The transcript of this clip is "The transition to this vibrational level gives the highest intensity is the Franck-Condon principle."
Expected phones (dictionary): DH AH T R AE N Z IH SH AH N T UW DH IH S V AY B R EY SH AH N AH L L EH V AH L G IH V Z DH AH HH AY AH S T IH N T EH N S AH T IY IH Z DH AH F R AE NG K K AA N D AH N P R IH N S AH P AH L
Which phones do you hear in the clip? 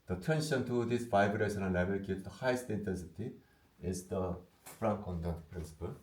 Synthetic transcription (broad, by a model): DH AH T AE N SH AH N T UW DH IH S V AY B R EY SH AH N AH N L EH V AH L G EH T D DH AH HH AY AH S T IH N T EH N S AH T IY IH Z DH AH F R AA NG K K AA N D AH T P R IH N S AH P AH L